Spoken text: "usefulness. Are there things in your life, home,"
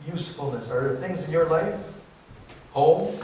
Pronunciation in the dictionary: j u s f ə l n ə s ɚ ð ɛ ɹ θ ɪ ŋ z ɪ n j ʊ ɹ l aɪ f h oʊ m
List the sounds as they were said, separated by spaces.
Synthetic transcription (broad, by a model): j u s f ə l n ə s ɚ ɹ θ ɪ ŋ z ɪ n j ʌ ɹ l aɪ f h oʊ m